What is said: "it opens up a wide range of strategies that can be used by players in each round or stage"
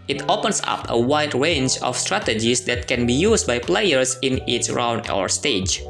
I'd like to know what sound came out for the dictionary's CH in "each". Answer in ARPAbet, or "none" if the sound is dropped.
S